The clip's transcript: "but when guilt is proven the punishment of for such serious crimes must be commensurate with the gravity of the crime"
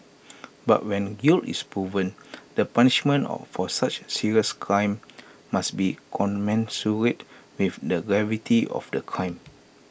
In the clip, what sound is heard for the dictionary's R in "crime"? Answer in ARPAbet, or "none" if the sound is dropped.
R